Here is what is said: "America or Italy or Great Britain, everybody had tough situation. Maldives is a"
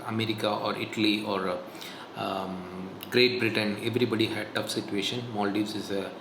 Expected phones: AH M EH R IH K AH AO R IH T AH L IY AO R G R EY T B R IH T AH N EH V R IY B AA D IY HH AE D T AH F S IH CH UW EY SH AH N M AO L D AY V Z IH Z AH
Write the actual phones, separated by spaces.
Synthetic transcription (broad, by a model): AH M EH R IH K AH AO R IH T AH L IY AO R G R EY T B R IH T AH N EH V R IY B AA D IY HH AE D T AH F S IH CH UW EY SH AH N M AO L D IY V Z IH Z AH